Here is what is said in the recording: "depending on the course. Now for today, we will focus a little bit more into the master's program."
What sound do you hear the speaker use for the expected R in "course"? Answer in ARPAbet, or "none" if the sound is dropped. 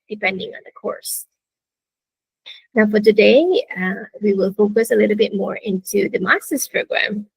R